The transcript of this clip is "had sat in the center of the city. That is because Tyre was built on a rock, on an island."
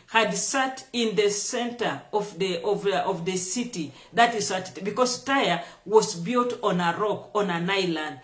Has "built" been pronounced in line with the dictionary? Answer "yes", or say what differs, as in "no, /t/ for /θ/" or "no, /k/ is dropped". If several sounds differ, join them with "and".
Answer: yes